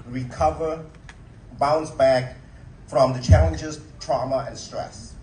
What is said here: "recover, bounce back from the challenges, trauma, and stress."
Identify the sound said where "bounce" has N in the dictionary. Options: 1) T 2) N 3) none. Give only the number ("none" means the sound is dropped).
2